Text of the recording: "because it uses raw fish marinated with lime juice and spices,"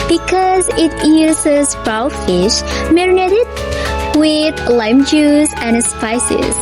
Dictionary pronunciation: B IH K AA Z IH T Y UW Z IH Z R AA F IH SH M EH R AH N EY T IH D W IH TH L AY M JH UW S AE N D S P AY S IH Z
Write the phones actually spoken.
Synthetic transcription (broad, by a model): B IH K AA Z IH T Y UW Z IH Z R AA F IH SH M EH R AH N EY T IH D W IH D L AY M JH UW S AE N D S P AY S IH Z